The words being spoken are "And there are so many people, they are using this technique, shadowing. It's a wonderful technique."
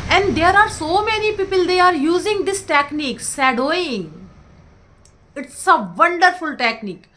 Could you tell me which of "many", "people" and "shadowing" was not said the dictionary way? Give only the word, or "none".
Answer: shadowing